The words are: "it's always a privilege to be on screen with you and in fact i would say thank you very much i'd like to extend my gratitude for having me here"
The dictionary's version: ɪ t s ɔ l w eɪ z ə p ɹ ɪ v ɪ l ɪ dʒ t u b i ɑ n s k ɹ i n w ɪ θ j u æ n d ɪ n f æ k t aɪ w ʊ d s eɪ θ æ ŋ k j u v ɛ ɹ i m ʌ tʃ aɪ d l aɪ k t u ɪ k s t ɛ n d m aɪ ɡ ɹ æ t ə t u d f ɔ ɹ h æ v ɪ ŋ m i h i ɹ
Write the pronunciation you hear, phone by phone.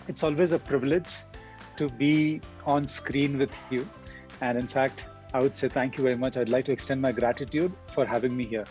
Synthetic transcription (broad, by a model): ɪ t s ɔ l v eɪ z ə p ɹ ɪ v ɪ l ɪ dʒ t u b i ɑ n s k ɹ i n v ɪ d j u æ n d ɪ n f æ k t aɪ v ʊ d s eɪ t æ ŋ k j u v ɛ ɹ i m ʌ tʃ aɪ d l aɪ k t u ɪ k s t ɛ n d m aɪ ɡ ɹ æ t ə t u d f ɔ ɹ h æ v ɪ ŋ m i h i ɹ